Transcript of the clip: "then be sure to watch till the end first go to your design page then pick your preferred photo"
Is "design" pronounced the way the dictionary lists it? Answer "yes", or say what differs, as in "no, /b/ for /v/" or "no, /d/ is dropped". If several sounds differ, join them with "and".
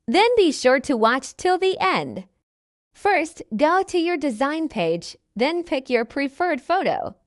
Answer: yes